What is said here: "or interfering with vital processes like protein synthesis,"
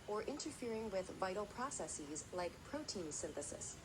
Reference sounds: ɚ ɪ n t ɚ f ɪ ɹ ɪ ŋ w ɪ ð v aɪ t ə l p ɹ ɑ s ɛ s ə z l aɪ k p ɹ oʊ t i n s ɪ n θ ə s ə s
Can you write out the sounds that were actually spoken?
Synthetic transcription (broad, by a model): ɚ ɪ n t ɚ f ɪ ɹ ɪ ŋ w ɪ ð v aɪ t l p ɹ ɑ s ɛ s ə z l aɪ k p ɹ oʊ t i n s ɪ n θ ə s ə s